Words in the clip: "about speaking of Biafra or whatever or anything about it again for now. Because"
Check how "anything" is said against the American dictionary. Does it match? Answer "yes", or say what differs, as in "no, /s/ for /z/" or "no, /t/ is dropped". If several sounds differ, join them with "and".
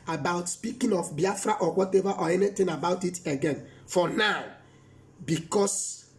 no, /t/ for /θ/